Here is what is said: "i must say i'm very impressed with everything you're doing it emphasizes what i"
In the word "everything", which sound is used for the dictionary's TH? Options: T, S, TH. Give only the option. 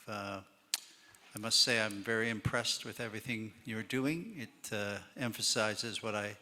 TH